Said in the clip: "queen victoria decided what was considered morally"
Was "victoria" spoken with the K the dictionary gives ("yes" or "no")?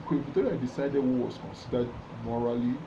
no